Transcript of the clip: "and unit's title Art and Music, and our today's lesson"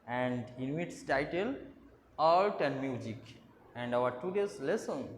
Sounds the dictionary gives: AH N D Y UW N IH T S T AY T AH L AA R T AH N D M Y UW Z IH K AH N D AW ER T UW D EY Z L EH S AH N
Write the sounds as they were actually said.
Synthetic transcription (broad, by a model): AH N D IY N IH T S T AY T AH L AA L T AH N D M Y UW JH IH K AH N D AW ER T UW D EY S L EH S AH N